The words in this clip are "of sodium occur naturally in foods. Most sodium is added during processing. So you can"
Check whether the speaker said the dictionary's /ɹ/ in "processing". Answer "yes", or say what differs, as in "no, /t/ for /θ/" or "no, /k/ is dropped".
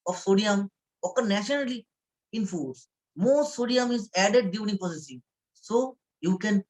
no, /ɹ/ is dropped